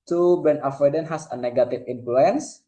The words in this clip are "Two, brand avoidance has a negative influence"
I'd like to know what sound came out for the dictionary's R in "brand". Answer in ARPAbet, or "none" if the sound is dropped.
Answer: none